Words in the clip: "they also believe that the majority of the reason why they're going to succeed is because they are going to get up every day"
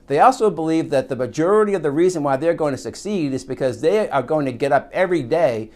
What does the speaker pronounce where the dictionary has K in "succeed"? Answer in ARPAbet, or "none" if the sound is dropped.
K